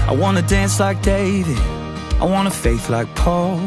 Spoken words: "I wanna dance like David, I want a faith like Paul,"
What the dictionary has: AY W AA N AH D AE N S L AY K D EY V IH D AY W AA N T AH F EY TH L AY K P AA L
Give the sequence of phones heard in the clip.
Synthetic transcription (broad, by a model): AY W AA N AH D AE N S L AY K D EY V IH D AY W AA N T AH F EY TH L AY K P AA L